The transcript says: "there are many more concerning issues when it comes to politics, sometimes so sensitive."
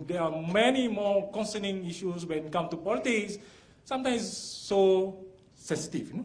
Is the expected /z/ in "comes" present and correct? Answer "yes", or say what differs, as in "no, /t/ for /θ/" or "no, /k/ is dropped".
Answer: no, /z/ is dropped